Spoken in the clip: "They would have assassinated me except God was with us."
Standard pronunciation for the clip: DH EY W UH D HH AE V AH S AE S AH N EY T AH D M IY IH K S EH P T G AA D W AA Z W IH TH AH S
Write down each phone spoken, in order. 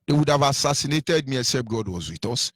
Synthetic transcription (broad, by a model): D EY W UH D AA V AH S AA S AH N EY T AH D M IY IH S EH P G AA D W AA Z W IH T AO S